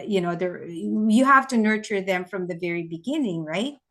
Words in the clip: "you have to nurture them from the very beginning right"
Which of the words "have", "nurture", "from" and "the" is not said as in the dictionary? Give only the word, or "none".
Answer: have